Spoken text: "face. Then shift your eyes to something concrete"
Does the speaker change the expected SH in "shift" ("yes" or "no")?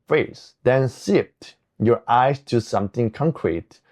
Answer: yes